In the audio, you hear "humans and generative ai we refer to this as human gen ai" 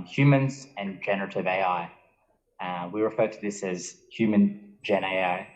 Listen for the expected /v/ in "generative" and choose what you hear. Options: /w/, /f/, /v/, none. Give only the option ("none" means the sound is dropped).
/v/